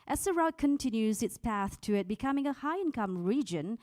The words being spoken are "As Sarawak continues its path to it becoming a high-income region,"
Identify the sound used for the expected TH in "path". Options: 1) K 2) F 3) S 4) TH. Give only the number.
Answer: 4